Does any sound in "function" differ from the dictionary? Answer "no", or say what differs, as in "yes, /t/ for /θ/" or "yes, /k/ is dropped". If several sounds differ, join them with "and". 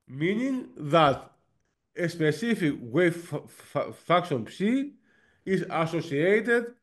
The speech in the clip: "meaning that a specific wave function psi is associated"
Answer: yes, /ŋ/ is dropped